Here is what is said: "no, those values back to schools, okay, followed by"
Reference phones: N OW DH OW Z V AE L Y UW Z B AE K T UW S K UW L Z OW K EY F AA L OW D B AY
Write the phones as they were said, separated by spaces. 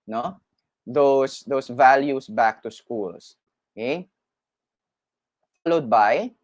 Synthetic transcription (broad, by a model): N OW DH OW S V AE L Y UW S B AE K T UW S K UW L S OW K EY F AA L OW D B AY